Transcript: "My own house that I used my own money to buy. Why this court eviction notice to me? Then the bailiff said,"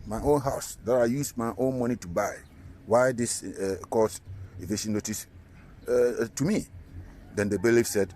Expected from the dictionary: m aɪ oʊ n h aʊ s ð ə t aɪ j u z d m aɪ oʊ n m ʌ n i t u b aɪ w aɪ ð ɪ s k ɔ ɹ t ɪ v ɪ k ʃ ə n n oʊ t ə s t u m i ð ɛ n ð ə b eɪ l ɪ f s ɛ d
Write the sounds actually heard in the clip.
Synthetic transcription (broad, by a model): m aɪ oʊ n h aʊ s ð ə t aɪ j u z m aɪ oʊ n m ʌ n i t u b aɪ w aɪ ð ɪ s k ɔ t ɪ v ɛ ʃ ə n n oʊ t ə s t u m i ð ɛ n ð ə b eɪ l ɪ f s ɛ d